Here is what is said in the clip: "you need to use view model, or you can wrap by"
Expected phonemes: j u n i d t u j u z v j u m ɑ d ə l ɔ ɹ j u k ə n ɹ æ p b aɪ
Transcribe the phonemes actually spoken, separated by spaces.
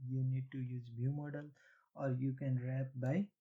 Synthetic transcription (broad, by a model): j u n i d t u j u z b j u m ɑ d ə l ɔ ɹ j u k ə n ɹ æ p b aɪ